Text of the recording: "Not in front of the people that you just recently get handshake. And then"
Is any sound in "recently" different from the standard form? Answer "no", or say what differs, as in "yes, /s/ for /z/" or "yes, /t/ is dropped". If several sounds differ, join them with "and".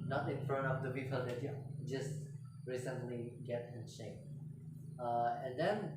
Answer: no